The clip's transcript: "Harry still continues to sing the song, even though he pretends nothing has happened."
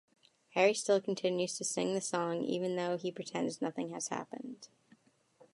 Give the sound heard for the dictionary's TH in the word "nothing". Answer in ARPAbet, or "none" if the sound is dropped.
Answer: TH